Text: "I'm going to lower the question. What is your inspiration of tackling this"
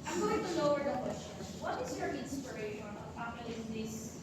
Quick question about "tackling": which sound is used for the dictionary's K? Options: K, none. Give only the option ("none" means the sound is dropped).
none